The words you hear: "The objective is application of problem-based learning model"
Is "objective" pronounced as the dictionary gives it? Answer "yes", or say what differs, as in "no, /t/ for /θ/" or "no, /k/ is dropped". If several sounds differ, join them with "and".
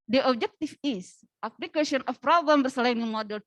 no, /f/ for /v/